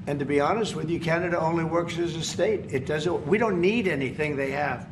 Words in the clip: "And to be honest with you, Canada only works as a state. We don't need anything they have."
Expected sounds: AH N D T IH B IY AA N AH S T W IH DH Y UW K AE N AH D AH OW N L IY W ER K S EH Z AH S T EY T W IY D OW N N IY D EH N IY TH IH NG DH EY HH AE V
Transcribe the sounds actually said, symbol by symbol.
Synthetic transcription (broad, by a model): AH N T IH B IY AA N AH S T W IH DH Y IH K AE N AH D AH OW N L IY W ER K S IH Z AH S T EY T W IY D OW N N IY D EH N IY TH IH NG DH EY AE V